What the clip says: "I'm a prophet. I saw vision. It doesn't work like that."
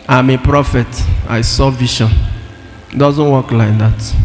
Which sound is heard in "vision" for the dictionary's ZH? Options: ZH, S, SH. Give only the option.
SH